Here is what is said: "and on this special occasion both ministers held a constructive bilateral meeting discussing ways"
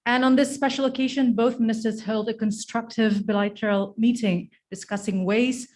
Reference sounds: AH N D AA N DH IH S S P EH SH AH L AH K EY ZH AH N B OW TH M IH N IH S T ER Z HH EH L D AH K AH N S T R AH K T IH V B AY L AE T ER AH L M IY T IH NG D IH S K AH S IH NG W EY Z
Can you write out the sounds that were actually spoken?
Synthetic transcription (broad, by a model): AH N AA N DH IH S S P EH SH L AH K EY ZH AH N B OW TH M IH N IH S T ER Z HH EH L D AH K AH N S T R AH K T IH V B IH L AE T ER L M IY T IH NG D IH S K AH S IH NG W EY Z